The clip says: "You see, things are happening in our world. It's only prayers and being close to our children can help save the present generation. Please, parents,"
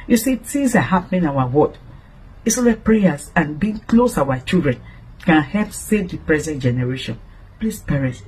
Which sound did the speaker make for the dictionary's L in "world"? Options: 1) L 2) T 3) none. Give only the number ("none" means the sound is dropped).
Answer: 3